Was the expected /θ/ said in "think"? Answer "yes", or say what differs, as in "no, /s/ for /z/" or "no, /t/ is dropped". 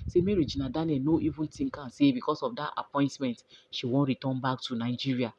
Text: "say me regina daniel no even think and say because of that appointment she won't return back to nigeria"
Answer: no, /t/ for /θ/